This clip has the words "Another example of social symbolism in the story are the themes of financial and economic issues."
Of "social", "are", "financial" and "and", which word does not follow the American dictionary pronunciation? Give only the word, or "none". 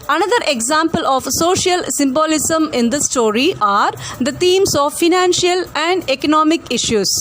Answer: none